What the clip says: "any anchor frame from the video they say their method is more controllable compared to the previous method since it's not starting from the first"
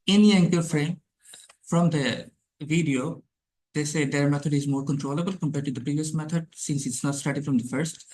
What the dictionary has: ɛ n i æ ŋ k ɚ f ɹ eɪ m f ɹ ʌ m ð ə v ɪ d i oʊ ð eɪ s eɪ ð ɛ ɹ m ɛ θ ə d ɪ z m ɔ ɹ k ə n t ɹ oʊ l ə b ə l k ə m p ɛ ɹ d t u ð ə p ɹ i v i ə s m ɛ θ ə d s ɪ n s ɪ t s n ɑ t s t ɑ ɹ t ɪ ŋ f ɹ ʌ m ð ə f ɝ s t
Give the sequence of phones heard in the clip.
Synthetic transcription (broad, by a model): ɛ n i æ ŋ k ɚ f ɹ eɪ m f ɹ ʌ m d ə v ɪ d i oʊ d eɪ s eɪ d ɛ ɹ m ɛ t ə d ɪ z m ɔ ɹ k ə n t ɹ oʊ l ə b ə l k ə m p ɛ ɹ d t u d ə p ɹ i v i ə s m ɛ t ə d s ɪ n s ɪ t s n ɑ t s t ɑ ɹ t ɪ ŋ f ɹ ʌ m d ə f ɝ s t